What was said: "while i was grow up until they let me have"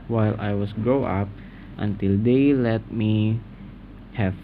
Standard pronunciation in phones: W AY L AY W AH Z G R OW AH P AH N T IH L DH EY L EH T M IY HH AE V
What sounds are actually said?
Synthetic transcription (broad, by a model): W AY L AY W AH S G OW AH P AH N T IH L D EY L EH T M IY HH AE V